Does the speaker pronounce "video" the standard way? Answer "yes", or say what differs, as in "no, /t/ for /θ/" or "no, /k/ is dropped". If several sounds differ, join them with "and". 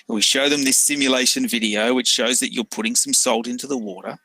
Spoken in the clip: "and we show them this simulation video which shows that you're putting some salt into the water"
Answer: yes